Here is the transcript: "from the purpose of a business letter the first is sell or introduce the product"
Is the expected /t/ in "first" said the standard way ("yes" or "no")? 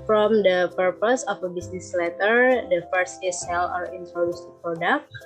no